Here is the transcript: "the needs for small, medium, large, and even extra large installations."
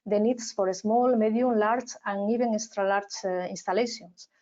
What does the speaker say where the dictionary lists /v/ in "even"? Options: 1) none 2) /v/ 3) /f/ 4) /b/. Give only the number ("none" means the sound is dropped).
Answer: 4